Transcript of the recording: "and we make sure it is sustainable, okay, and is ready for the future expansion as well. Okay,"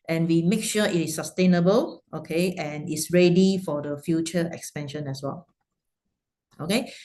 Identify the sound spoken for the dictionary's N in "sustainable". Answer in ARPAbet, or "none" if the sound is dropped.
N